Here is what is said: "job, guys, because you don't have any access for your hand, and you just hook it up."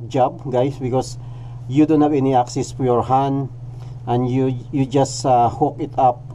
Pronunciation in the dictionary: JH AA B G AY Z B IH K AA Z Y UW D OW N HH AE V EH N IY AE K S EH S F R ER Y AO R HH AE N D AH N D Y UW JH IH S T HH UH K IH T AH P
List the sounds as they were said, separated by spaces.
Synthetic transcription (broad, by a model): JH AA B G AY S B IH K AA S Y UW D OW N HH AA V EH N IY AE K S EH S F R Y AO R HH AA N AH N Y Y UW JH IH S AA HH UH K IH T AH P